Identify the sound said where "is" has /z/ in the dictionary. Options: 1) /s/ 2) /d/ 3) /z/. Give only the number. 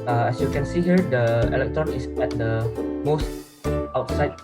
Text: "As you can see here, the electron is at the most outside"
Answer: 1